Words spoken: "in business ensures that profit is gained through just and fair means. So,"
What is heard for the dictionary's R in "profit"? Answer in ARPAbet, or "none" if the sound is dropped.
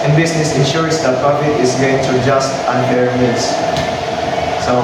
none